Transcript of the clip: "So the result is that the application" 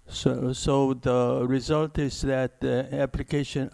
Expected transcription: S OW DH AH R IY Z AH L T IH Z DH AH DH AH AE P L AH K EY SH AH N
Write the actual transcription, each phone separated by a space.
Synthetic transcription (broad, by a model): S OW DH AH R IY Z AH L T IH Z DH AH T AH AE P L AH K EY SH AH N